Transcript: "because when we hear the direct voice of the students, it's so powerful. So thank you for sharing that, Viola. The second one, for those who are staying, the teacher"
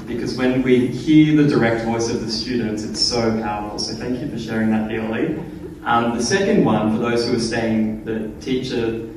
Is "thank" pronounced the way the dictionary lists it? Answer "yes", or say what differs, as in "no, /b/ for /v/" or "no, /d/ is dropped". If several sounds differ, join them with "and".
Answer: yes